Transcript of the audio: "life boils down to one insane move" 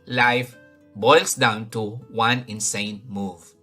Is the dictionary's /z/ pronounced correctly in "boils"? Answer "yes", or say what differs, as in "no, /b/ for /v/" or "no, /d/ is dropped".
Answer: no, /s/ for /z/